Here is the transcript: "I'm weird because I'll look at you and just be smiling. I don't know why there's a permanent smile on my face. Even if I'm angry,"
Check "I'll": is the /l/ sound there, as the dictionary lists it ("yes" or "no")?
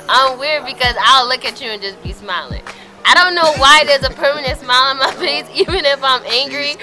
yes